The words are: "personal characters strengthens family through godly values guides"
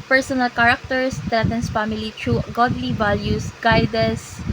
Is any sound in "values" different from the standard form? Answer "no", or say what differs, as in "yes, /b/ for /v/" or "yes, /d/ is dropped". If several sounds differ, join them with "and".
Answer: yes, /s/ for /z/